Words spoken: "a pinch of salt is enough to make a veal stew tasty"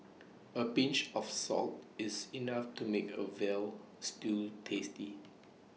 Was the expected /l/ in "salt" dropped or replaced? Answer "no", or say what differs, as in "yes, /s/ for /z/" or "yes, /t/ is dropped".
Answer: no